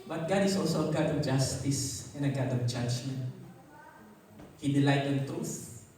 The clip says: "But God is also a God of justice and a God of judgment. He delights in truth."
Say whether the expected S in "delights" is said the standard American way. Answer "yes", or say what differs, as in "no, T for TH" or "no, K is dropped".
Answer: no, S is dropped